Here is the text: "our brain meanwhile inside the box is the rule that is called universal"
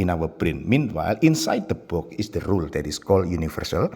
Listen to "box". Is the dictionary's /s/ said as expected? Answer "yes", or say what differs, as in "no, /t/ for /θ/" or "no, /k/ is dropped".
no, /s/ is dropped